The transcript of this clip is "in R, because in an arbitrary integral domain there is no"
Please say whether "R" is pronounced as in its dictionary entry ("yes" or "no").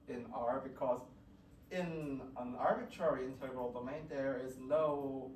yes